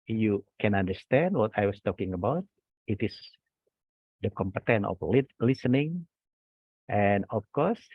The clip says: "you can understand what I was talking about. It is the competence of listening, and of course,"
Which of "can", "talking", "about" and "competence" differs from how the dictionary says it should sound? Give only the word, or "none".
competence